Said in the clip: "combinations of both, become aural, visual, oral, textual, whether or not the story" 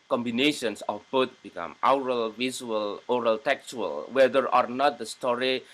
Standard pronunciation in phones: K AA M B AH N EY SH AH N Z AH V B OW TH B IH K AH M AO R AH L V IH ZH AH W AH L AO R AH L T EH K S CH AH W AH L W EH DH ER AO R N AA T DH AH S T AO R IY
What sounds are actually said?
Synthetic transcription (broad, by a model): K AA M B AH N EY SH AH N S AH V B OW T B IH K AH M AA R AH L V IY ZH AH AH L AO R AH L T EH K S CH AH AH L W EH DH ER AO R N AA T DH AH S T AO R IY